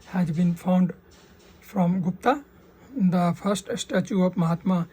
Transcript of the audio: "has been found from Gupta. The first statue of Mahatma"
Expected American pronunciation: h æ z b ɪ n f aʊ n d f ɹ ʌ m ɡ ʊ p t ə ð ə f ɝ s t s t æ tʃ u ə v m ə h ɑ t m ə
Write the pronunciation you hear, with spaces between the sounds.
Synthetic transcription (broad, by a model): h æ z b ɪ n f aʊ n d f ɹ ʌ m ɡ ʊ p t ə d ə f ɝ s t s t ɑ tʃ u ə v m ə h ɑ t m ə